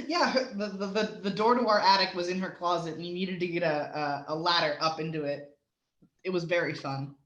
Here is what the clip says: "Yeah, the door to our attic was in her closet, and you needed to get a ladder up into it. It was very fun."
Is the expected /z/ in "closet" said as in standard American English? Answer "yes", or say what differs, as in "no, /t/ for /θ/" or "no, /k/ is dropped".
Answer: yes